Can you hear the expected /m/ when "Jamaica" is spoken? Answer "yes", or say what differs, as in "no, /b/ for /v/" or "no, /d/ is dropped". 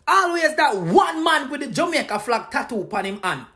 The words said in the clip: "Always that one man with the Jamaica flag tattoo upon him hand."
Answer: no, /m/ is dropped